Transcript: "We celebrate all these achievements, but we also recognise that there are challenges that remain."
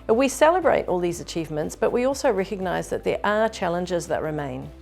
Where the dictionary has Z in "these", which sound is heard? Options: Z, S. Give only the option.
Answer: Z